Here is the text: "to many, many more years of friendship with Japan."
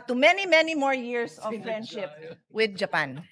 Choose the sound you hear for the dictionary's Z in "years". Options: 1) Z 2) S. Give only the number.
2